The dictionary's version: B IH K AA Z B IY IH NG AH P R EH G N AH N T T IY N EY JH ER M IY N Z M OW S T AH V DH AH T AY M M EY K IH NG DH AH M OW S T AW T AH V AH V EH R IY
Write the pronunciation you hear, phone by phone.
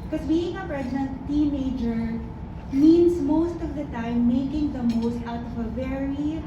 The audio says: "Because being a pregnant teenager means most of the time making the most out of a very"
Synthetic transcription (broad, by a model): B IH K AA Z B IY IH NG AH P R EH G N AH N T T IY N EY JH ER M IY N S M OW S T AH V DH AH T AY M M EY K IH NG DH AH M OW S T AW T AH V AH V EH R IY